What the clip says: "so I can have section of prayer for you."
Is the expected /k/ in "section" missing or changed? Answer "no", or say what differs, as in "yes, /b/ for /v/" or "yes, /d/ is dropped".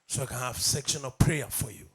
no